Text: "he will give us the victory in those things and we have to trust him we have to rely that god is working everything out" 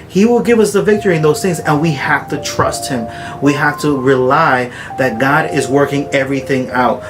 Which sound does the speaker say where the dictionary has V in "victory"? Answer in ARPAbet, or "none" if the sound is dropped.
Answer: V